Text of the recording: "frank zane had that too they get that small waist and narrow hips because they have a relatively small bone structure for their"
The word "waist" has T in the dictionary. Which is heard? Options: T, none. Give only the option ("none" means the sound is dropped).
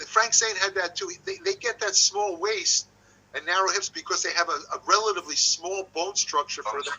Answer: T